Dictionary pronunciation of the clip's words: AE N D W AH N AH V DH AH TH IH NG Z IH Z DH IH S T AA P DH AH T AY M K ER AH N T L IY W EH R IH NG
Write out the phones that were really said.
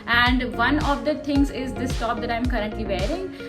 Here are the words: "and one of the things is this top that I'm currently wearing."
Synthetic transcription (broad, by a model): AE N D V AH N AH V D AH T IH NG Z IH Z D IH S T AA P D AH T AY M K ER AH N T L IY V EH R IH NG